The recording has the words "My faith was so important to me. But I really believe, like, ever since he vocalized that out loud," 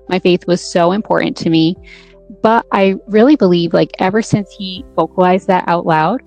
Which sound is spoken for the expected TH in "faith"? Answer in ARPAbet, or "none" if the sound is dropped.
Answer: TH